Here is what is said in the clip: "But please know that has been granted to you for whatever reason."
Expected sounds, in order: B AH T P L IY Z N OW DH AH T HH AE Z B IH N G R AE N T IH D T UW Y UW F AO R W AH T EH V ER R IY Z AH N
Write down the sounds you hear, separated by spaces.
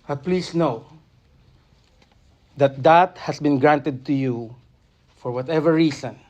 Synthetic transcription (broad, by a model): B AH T P L IY S N OW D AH T HH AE S B IH N G R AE N T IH D T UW Y UW F AO R W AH T EH V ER R IY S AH N